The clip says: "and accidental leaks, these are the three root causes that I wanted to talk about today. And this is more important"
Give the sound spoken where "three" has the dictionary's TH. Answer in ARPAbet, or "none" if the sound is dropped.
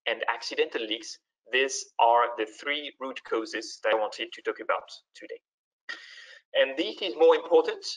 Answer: TH